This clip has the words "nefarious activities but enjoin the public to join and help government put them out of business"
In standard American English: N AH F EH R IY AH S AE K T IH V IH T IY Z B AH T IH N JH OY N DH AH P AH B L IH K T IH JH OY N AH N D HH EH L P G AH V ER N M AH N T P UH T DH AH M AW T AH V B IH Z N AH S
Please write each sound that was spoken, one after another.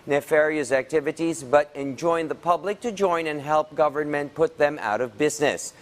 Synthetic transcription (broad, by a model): N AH F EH R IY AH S AE K T IH V IH T IY Z B AH T IH N JH OY N DH AH P AH B L IH K T IH JH OY N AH N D HH EH L P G AH V ER N M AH N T P UH T DH AH M AW T AH V B IH Z N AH S